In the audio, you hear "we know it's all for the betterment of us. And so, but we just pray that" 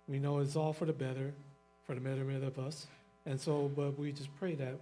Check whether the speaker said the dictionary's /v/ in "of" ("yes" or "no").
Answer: yes